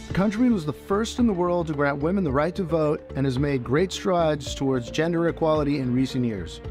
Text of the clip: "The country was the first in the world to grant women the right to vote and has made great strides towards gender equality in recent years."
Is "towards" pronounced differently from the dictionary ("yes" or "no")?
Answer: no